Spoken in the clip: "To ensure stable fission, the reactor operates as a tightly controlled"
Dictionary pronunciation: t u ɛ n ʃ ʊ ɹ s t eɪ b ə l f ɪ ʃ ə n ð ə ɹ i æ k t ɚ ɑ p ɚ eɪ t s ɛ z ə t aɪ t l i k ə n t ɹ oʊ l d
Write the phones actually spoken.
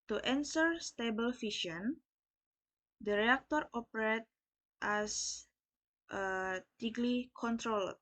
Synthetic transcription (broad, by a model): t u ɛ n s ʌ ɹ s t eɪ b ə l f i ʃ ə n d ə ɹ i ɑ k t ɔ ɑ p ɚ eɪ t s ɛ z ə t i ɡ l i k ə n t ɹ oʊ l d